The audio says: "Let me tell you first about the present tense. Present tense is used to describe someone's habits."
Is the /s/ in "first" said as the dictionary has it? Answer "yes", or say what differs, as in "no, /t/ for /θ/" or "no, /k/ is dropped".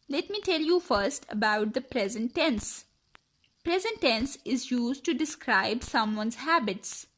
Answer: yes